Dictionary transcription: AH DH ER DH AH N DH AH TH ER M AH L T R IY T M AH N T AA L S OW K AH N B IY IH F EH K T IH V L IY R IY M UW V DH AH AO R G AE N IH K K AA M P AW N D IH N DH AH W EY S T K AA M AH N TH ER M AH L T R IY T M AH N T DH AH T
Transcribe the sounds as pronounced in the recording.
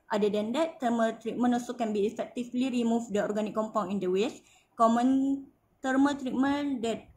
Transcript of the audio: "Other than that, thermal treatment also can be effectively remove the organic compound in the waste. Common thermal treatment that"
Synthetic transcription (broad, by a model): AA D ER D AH N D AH T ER M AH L T R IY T M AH N AA S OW K AH N B IY F EH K T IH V L IY R IY M UW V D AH AO R G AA N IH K K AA M P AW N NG IH N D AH W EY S K AA M AH N T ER M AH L T R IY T M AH N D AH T